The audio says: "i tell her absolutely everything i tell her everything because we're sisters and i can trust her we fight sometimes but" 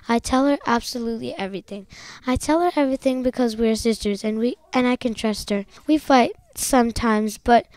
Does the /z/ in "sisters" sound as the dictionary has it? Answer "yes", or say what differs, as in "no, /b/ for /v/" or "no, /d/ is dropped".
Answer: yes